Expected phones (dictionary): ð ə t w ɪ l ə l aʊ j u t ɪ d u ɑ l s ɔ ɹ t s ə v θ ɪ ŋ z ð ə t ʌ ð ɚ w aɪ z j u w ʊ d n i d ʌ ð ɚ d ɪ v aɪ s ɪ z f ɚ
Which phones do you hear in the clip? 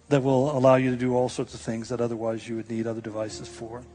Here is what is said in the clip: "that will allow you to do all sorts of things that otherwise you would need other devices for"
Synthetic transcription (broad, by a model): ð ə t w ɪ l ə l aʊ j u t ɪ d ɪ ɑ l s ɔ ɹ t s ə v θ ɪ ŋ z ð ə t ʌ ð ɚ w aɪ z j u w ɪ d n i d ʌ ð ɚ d ɪ v aɪ s ɪ z f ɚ